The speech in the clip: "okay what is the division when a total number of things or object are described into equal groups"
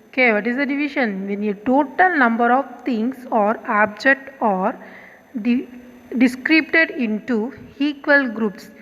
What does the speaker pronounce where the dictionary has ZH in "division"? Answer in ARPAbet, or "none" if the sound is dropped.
SH